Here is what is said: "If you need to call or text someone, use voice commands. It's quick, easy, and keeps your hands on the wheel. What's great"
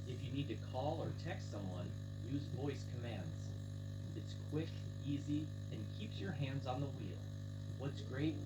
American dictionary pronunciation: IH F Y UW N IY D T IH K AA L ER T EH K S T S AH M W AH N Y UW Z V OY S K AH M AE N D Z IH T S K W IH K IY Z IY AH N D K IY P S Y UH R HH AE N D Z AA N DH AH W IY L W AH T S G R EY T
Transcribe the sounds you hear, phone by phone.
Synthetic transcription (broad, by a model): IH F Y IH N IY D T IH K AA L ER T EH K S T S AH M W AH N Y UW Z V OY S K AH M AE N D Z IH T S K W IH K IY Z IY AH N K IY P S Y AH R HH AE N D Z N DH AH W IY L W AH T S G R EY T